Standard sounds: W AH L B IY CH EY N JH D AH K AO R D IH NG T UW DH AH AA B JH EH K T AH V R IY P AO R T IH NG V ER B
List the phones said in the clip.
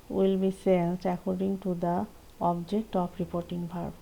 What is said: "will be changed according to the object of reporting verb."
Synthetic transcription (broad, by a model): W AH L B IY S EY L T AH K AO R D IH NG T UW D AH AA B JH EH K T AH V R IY P AO R T IH NG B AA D